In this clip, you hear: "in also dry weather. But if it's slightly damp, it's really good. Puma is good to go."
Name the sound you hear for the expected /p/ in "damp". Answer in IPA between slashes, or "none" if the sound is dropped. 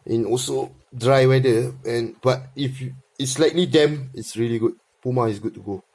none